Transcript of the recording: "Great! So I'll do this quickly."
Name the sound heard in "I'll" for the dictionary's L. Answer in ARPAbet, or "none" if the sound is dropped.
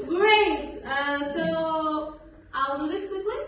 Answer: L